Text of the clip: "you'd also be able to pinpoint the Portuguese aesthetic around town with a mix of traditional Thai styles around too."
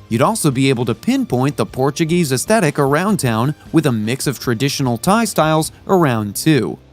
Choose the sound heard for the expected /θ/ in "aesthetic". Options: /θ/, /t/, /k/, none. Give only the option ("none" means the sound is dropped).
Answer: /θ/